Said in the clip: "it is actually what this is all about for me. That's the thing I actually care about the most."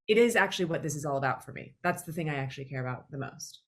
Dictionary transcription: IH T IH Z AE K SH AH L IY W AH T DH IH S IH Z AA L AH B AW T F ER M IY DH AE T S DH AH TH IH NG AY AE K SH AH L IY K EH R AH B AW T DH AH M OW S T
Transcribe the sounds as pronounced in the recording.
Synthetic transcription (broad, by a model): IH T IH Z AE K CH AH L IY W AH T DH IH S IH Z AA L AH B AW T F ER M IY DH AE T S DH AH TH IH NG AY AE K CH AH L IY K EH R AH B AW T DH AH M OW S T